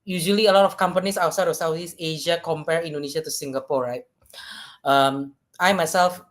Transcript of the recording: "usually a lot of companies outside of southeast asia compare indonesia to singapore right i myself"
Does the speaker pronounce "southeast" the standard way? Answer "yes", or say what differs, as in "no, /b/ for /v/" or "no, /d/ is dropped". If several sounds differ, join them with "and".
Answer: no, /t/ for /θ/ and /t/ is dropped